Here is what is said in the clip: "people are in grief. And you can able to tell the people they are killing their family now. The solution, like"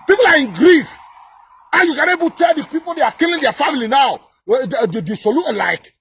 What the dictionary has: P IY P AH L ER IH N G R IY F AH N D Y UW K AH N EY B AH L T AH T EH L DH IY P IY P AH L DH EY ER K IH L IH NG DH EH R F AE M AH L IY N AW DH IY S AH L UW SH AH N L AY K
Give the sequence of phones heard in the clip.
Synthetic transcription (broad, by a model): P IY P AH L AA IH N G R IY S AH Y UW K AH N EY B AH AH T EH L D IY P IY P AH L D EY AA K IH L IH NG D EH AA F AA M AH L IY N AW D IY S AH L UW AH L AY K